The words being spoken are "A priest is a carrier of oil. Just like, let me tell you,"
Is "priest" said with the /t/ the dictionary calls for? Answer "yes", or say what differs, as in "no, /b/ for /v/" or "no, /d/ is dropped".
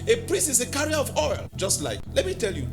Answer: no, /t/ is dropped